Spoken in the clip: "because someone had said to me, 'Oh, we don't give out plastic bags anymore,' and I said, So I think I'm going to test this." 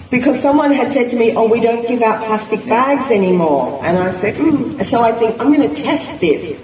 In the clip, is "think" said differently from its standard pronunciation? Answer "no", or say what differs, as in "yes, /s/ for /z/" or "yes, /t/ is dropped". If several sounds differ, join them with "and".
no